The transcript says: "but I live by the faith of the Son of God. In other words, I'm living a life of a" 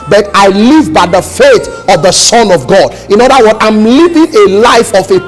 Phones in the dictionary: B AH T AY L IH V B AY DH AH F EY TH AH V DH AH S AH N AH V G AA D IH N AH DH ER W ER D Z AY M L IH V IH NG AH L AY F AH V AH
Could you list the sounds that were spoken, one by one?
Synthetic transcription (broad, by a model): B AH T AY L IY V B AY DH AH F EY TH AH V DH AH S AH N AH V G AA D IH N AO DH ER W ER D AY M L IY V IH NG AH L AY F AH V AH